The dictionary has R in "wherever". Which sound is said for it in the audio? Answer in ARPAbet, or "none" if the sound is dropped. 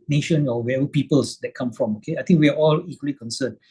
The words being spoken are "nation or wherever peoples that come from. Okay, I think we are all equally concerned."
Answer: none